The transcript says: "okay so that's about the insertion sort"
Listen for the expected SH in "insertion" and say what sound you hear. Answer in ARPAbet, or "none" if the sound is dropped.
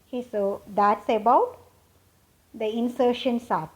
SH